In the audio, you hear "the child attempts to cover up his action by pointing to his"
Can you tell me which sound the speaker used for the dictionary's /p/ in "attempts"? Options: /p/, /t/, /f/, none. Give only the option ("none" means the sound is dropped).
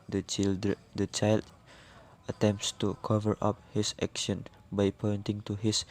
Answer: /p/